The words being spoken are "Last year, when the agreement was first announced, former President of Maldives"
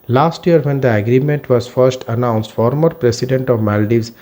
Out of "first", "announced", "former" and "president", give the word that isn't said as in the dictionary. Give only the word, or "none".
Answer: president